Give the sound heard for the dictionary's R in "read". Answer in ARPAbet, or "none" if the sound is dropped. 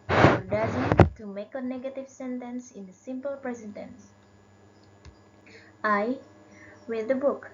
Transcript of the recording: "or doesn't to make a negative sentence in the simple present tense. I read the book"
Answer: W